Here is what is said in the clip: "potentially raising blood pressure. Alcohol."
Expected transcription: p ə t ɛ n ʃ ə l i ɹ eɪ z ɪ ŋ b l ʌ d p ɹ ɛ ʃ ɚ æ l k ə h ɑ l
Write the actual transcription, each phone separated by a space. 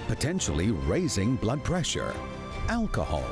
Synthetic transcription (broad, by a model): p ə t ɛ n ʃ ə l i ɹ eɪ z ɪ ŋ b l ʌ d p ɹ ɛ ʃ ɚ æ l k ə h ɑ l